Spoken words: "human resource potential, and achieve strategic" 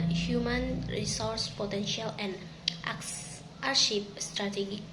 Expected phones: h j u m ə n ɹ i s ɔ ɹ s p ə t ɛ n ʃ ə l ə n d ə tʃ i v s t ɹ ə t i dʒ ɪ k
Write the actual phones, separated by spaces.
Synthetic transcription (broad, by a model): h j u m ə n ɹ i s ɔ ɹ s p ə t ɛ n ʃ ə l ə n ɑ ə ʃ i p s t ɹ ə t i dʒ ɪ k